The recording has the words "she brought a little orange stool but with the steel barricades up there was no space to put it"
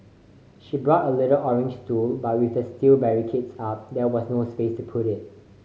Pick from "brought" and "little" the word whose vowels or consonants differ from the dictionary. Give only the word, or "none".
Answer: none